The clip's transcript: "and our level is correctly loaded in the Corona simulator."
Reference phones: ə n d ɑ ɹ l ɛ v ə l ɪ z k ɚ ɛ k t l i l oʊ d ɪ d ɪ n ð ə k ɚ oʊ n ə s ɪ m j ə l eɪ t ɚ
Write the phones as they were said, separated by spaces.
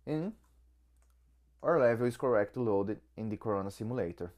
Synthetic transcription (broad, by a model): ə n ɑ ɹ l ɛ v ə l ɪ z k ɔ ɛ k t i l oʊ d ɪ d ɪ n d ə k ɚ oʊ n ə s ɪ m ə l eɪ t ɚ